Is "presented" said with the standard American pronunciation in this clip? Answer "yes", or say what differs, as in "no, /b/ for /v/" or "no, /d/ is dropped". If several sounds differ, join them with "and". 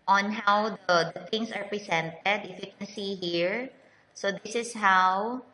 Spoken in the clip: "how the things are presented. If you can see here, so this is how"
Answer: no, /s/ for /z/